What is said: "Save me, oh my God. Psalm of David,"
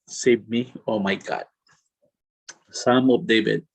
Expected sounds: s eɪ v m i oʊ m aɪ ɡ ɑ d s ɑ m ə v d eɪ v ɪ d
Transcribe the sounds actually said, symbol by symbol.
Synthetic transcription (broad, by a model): s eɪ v m i oʊ m aɪ ɡ ɑ d s ɑ m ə p d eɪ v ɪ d